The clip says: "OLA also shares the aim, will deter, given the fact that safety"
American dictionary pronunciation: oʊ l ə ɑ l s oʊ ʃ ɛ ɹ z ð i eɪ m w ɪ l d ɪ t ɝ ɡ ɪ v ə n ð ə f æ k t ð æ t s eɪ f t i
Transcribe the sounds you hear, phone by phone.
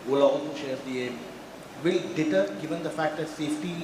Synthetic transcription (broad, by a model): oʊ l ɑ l oʊ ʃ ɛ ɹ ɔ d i eɪ m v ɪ l d ɪ t ɝ ɡ ɪ v ə n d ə f æ k t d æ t s eɪ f t i